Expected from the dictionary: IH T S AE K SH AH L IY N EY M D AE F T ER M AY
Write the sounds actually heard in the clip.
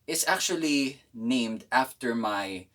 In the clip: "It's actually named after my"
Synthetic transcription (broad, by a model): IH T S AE K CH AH L IY N EY M D AE F T ER M AY